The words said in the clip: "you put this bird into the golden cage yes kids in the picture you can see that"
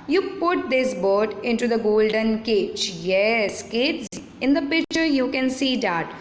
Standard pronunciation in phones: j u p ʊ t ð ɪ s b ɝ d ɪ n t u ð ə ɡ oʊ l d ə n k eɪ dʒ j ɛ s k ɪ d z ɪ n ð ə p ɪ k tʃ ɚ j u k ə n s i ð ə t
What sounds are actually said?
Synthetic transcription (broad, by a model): j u p ʊ t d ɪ s b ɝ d ɪ n t u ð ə ɡ oʊ l d ə n k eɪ tʃ j ɛ s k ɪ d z ɪ n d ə p ɪ k tʃ ɚ j u k ə n s i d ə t